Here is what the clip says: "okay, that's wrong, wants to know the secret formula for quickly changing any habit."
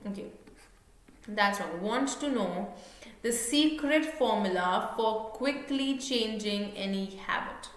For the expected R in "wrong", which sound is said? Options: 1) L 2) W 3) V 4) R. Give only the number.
2